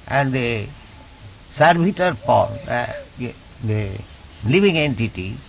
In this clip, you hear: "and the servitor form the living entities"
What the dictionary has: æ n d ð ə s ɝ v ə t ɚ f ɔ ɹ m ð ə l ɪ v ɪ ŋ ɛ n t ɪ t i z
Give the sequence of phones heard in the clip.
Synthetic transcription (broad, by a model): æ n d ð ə s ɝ b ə t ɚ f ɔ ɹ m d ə l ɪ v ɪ ŋ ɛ n t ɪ t i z